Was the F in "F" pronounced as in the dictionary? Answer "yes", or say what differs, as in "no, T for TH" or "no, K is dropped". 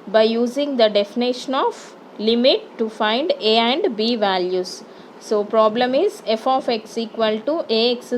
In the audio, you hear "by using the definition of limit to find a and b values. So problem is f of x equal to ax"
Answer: yes